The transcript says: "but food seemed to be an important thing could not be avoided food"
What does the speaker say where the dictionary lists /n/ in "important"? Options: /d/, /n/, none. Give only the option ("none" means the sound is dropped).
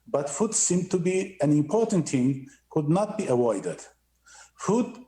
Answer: /n/